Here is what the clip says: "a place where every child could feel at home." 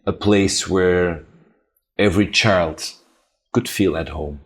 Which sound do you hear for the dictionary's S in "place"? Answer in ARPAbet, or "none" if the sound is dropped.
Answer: S